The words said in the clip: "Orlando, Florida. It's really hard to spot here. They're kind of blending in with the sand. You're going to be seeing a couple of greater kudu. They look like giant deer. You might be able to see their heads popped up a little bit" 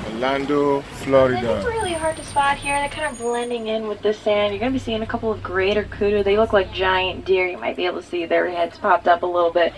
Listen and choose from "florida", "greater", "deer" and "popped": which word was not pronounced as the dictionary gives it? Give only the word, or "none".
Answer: none